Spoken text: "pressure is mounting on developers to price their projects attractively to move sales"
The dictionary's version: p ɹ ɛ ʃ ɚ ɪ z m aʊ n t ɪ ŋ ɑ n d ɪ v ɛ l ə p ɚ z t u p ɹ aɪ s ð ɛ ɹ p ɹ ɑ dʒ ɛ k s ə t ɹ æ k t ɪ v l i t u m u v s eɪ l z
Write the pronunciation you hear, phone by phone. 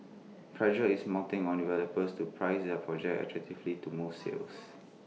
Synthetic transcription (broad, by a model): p ɹ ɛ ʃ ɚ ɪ s m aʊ t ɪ ŋ ɑ n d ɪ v ɛ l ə p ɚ s t u p ɹ aɪ s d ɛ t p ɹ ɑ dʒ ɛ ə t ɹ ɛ k t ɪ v l i t u m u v s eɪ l s